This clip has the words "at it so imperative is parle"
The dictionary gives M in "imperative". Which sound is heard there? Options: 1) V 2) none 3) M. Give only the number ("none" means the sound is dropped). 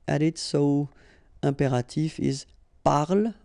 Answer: 2